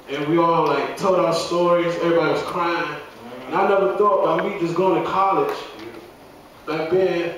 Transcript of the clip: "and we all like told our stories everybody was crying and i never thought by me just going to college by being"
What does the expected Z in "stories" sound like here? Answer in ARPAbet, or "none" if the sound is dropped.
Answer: Z